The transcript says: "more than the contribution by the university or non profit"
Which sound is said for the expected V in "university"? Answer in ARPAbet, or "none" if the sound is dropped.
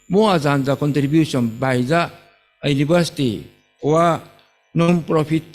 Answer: B